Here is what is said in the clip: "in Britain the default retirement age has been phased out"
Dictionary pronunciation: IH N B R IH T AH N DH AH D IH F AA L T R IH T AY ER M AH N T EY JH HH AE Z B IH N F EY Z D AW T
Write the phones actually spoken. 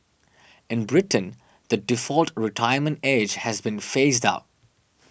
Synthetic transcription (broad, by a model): IH N B R IH T AH N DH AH D IH F AA L T R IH T AY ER M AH N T EY JH HH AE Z B IH N F EY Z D AW T